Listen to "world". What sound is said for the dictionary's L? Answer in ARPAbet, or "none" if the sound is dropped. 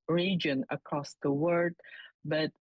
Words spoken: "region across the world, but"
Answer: none